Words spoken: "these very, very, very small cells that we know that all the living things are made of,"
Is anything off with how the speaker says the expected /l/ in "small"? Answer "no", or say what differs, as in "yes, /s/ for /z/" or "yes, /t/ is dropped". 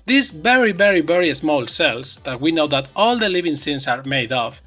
no